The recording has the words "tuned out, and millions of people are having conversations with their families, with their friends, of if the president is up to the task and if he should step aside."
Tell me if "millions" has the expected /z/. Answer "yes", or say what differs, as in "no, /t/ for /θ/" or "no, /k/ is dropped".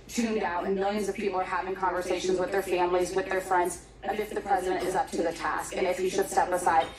yes